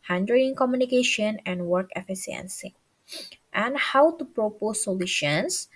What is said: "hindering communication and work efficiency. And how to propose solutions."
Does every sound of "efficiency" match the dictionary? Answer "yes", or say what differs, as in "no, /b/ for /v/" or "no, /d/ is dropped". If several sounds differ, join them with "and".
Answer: no, /s/ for /ʃ/